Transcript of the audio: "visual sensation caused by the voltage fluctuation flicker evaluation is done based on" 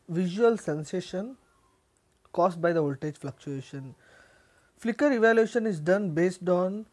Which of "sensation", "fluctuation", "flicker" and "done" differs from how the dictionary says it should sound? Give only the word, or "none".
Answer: none